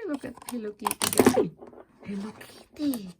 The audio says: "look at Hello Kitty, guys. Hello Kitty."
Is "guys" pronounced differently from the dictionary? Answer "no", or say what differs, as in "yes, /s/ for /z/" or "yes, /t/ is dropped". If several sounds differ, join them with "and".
yes, /z/ is dropped